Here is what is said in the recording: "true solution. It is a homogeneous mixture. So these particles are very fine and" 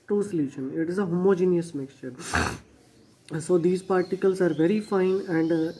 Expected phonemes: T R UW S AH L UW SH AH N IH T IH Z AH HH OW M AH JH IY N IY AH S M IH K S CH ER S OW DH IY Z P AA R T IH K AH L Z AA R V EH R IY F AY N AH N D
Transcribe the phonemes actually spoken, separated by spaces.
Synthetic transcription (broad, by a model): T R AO S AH L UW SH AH N IH T IH Z AH HH OW M AH JH IY N IY AH S M IH K S CH ER S OW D IY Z P AA R T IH K AH L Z AA R V EH R IY F AY N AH N D